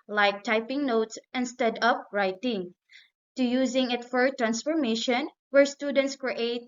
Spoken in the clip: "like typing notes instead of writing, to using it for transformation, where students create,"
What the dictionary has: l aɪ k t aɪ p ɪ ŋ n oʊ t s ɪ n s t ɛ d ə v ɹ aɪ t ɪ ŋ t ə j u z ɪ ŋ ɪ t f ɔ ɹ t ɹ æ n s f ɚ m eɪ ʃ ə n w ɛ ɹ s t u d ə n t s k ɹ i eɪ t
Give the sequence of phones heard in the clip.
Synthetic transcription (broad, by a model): l aɪ k t aɪ p ɪ ŋ n oʊ t s ɪ n s t ɛ d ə p ɹ aɪ t ɪ ŋ t ə j u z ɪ ŋ ɪ t f ɔ ɹ t ɹ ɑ n s f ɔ m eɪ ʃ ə n w ɛ ɹ s t u d ə n t s k ɹ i eɪ t